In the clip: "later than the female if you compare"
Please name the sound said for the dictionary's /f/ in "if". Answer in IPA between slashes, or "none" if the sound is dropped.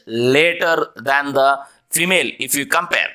/f/